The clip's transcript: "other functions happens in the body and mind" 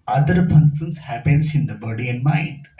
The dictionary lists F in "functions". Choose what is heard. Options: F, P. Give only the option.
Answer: P